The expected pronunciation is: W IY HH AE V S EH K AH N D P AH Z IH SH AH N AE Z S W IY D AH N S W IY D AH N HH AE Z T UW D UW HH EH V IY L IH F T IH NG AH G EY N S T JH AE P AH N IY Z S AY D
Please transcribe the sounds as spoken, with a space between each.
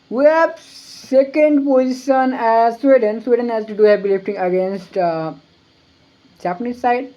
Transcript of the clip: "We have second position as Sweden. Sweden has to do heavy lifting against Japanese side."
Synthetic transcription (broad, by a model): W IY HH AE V S EH K AH N D P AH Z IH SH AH N AE Z S W IY D AH N S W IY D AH N HH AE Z T UW D UW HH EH P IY L IH F T IH NG AH G EY N S T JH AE P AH N IY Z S AY D